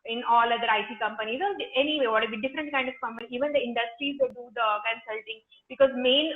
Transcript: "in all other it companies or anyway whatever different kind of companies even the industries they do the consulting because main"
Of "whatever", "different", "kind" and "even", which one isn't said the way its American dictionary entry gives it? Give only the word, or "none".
whatever